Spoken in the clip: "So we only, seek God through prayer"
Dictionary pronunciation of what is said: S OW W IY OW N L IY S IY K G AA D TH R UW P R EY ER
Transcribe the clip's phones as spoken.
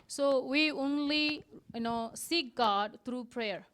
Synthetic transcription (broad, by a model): S OW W IY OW N L IY S IY K G AA D T R UW P R EY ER